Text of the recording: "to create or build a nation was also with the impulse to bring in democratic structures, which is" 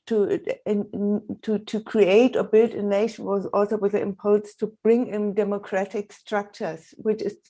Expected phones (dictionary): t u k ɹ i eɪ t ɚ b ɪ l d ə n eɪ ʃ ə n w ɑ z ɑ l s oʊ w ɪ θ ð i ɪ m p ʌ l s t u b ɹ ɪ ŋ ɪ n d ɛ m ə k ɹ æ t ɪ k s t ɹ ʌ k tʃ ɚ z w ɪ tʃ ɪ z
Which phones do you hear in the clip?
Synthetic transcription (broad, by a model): t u k ɹ i eɪ t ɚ b ɪ l d ə n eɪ ʃ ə n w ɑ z ɑ l s oʊ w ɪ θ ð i ɪ m p ʌ l s t u b ɹ ɪ ŋ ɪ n d ɛ m ə k ɹ æ t ɪ k s t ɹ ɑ k tʃ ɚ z w ɪ tʃ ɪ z